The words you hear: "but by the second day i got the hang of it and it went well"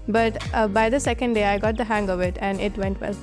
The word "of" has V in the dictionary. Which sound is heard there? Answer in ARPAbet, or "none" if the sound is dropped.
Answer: V